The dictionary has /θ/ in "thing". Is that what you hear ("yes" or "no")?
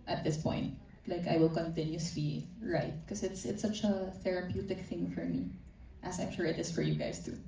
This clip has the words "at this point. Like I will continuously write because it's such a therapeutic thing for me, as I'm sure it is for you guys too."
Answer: yes